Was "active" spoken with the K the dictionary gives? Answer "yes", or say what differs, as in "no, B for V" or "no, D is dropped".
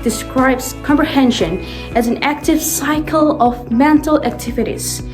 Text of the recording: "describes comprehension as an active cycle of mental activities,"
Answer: yes